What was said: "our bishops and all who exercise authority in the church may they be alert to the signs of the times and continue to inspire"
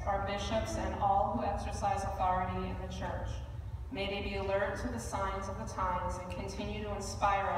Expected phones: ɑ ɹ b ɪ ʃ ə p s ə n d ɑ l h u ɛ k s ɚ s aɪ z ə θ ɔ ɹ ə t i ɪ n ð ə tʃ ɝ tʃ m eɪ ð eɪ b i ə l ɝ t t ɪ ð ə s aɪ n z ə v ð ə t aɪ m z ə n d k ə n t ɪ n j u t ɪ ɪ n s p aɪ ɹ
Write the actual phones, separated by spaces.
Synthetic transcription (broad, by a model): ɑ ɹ b ɪ ʃ ə p s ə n ɑ l h u ɛ k s ɚ s aɪ z ə θ ɔ ɹ ə t i ɪ n ð ə tʃ ɝ tʃ m eɪ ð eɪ b i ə l ɝ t t ɪ ð ə s aɪ n z ə v ð ə t aɪ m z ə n k ə n t ɪ n j u t ɪ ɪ n s p aɪ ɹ